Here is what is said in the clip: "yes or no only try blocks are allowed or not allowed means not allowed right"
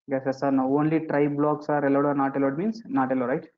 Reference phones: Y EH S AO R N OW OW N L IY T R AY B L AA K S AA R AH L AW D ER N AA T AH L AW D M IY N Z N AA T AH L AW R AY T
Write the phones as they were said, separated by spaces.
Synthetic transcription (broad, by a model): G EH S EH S N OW OW N L IY T R AY B L AA K S AA R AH L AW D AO N AA T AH L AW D M IY N S N AA T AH L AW R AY T